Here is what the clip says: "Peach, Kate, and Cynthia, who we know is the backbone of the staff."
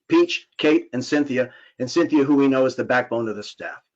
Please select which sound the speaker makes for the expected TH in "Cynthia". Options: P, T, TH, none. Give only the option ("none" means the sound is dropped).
TH